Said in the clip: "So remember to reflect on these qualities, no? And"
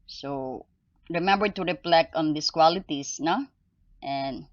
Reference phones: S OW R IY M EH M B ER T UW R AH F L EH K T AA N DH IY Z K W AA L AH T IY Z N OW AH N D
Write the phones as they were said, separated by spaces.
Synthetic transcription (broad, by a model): S OW R IY M EH M B ER T UW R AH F L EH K AA N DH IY S K W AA L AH T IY S N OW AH N